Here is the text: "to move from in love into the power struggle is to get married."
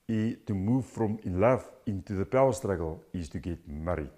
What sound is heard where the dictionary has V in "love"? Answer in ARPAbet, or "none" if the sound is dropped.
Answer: F